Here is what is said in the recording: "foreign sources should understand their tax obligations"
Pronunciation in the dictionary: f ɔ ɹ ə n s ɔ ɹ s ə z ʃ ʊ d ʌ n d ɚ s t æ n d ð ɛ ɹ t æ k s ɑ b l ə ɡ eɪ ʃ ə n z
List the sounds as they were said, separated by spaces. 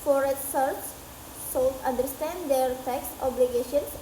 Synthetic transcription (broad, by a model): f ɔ ɹ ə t s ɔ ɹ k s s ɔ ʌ n d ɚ s t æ n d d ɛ ɹ t æ k s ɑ b l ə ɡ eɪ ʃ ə n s